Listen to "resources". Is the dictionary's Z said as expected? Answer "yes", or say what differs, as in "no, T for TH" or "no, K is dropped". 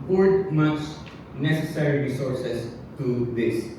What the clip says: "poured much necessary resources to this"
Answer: no, S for Z